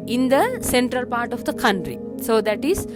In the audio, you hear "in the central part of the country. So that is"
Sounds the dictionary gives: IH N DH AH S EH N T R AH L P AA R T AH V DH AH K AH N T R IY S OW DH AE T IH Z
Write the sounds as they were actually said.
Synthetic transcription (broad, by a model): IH N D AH S EH N T R AH L P AA R T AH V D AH K AH N T R IY S OW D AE T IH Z